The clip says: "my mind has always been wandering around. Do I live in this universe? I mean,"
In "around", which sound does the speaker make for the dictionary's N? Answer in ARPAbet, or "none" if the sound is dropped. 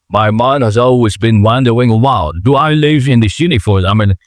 L